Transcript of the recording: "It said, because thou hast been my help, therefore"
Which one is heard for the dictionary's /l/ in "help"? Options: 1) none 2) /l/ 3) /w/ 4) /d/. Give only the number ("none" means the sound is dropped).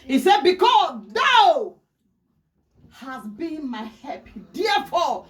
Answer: 1